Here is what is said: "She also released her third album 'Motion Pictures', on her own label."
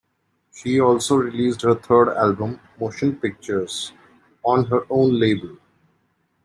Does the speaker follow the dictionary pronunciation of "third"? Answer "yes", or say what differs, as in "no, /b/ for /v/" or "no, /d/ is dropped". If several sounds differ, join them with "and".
no, /t/ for /θ/